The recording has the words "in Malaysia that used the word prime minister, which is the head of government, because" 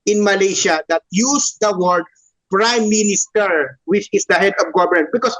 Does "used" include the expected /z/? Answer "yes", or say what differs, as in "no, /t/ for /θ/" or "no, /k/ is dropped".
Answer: no, /s/ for /z/